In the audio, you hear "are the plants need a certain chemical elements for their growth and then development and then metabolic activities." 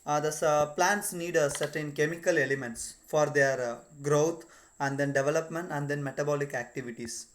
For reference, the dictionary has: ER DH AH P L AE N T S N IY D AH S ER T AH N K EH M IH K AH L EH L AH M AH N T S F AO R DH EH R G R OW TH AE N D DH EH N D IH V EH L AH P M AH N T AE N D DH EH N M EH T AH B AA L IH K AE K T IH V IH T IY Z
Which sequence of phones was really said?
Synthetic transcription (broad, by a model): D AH P L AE N T S N IY D AH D T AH N K EH M IH K AH L EH L AH M AH N T S F AO R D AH R G R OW T AE N D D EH N D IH V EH L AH P M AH N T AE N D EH N M EH T AH B AA L IH K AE K T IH V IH T IY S